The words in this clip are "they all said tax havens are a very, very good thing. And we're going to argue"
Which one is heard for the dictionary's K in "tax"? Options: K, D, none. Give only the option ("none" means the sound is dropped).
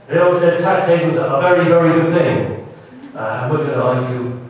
K